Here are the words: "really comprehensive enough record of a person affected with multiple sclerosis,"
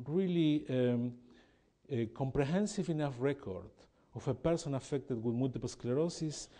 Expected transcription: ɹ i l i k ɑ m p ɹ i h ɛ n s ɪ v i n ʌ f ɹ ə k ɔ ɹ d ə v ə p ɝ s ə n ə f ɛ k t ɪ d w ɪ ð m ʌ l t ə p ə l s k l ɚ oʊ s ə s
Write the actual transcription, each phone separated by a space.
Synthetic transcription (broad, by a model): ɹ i l i k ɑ m p ɹ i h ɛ n s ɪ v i n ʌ f ɹ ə k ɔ ɹ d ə f ə p ɝ s ə n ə f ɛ k t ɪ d w ɪ ð m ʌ l t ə p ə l s k l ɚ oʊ s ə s